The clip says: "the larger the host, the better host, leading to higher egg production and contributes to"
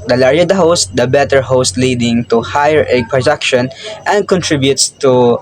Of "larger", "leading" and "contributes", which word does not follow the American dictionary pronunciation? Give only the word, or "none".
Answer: larger